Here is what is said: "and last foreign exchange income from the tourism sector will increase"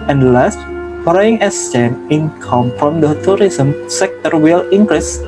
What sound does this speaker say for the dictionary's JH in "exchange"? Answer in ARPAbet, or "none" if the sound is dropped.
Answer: none